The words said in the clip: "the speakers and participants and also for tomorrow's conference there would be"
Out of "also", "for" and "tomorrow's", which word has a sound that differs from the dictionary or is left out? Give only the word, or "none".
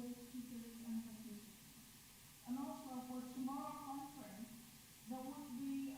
tomorrow's